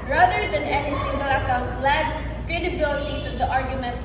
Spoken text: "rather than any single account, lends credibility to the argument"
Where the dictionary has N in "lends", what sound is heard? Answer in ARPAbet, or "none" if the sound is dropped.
none